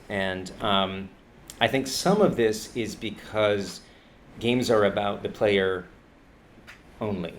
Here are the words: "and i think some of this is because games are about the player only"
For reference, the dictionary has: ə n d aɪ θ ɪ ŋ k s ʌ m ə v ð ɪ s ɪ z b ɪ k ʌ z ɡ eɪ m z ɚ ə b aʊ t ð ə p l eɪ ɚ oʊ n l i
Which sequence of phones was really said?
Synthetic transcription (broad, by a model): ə n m aɪ θ ɪ ŋ k s ʌ m ə v ð ɪ s ɪ z b ɪ k ʌ z ɡ eɪ m z ɚ ə b aʊ t ð ə p l eɪ ɚ oʊ n l i